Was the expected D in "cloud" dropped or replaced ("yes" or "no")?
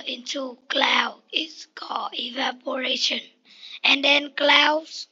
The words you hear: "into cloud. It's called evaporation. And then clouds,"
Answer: yes